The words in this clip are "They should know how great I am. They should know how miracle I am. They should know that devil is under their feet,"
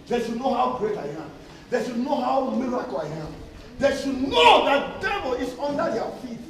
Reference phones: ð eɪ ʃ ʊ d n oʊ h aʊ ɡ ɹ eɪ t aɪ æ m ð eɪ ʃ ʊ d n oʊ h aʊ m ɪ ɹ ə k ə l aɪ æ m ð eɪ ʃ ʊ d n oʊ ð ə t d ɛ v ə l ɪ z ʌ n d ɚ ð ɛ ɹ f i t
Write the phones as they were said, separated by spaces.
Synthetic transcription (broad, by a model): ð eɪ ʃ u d n oʊ h aʊ ɡ ɹ eɪ t aɪ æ m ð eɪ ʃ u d n oʊ h aʊ m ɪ ɹ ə k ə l aɪ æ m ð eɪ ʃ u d n oʊ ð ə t d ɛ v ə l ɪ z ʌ n d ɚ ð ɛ f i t